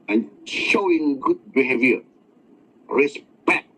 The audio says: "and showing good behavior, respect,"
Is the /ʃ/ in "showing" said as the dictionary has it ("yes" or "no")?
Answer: yes